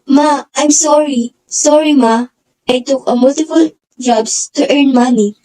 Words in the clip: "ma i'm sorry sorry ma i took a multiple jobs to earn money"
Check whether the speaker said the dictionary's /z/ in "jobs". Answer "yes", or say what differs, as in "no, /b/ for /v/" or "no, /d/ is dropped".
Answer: no, /s/ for /z/